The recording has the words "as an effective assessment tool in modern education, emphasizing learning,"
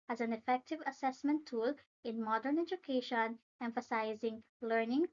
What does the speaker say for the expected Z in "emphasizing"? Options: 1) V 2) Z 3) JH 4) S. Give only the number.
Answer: 2